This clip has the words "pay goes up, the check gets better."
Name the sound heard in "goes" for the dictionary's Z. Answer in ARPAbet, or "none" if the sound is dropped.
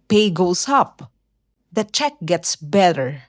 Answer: S